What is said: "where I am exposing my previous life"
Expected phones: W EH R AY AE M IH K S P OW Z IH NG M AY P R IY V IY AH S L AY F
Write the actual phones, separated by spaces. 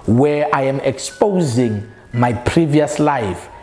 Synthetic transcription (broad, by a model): W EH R AY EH M IH K S P OW Z IH NG M AY P R IY V IY AH S L AY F